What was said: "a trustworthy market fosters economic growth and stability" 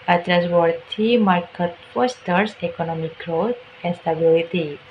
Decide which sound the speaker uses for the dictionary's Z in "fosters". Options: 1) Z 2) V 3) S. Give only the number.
3